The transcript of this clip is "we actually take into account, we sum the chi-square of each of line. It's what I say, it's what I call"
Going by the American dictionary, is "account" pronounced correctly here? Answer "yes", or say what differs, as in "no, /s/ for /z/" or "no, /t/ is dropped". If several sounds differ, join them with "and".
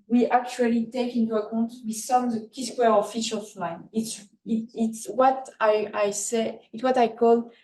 yes